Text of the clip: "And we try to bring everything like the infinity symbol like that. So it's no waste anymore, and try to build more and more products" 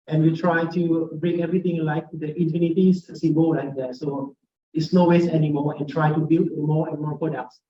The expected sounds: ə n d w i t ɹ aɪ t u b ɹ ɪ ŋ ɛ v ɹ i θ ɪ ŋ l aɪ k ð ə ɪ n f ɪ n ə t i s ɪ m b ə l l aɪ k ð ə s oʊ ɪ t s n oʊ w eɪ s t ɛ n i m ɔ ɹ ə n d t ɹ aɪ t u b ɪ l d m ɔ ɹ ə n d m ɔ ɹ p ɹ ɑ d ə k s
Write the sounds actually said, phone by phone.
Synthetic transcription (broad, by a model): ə n w i t ɹ aɪ t u b ɹ ɪ ŋ ɛ v ɹ i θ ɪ ŋ l aɪ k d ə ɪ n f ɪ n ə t i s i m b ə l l aɪ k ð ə s oʊ ɪ t s n oʊ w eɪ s ɛ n i m ɔ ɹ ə n t ɹ aɪ t u b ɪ l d m ɔ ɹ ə n m ɔ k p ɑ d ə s